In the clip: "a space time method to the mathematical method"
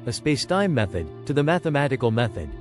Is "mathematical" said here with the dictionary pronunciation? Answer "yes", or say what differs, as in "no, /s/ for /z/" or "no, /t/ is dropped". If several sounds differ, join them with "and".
yes